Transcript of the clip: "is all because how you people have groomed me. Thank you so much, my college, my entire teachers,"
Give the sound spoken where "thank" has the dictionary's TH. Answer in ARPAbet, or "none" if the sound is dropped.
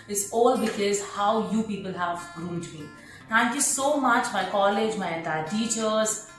T